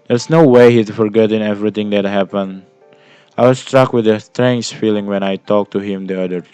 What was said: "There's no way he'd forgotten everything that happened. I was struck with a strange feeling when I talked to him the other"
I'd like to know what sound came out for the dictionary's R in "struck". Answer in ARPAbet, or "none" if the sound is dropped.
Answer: R